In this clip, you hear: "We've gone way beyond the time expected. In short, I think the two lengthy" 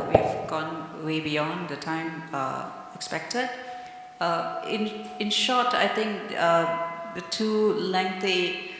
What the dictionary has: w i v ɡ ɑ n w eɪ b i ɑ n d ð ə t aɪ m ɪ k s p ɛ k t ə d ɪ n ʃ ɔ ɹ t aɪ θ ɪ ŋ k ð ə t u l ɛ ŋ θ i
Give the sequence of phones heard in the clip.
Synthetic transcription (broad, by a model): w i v ɡ ɑ n w eɪ b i ɑ n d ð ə t aɪ m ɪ k s p ɛ k t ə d ɪ n ʃ ɔ t aɪ t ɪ ŋ k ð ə t u l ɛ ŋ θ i